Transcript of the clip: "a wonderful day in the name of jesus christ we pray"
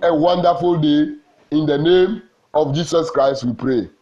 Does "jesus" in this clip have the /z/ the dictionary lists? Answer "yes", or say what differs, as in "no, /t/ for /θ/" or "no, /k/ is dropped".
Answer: no, /s/ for /z/